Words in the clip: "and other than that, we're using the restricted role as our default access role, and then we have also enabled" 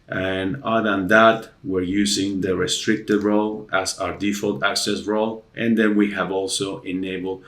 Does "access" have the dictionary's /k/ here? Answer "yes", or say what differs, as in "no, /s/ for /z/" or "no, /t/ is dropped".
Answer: yes